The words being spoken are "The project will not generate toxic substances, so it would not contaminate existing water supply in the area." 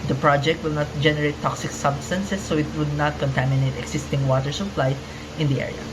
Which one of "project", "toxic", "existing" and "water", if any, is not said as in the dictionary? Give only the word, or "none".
existing